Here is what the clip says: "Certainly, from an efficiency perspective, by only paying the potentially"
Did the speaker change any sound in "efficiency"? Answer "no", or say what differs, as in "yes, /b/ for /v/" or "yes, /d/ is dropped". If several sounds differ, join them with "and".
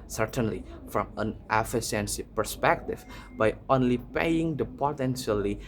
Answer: yes, /s/ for /ʃ/